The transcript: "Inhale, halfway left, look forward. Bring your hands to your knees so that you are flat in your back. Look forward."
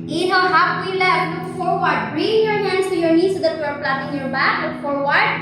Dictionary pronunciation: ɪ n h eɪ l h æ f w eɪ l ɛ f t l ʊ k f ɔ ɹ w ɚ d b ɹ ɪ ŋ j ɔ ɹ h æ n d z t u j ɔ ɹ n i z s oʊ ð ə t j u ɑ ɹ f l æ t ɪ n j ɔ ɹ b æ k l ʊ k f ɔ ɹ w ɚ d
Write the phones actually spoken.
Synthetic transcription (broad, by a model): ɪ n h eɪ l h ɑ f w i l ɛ t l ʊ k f ɔ ɹ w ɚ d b ɹ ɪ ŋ j ɔ ɹ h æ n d s t u j ɔ ɹ n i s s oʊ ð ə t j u ɑ ɹ p l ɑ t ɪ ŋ j ɔ ɹ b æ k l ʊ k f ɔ ɹ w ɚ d